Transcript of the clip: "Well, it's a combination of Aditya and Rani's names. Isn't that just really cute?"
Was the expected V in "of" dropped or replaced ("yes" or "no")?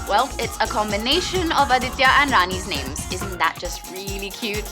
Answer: no